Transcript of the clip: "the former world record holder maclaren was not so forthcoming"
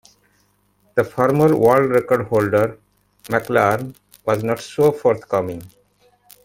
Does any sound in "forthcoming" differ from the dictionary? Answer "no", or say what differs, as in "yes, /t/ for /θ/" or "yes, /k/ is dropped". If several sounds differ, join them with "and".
yes, /t/ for /θ/